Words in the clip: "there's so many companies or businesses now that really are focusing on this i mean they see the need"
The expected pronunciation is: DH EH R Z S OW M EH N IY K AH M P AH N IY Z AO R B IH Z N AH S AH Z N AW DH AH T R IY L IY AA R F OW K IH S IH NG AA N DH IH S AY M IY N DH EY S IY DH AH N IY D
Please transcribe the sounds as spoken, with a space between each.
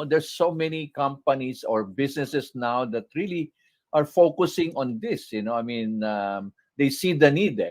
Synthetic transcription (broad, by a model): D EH R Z S OW M EH N IY K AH M P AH N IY S AO R B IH S N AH S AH S N AW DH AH T R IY L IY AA R F OW K IH S IH NG AA N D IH S AY M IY N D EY S IY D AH N IY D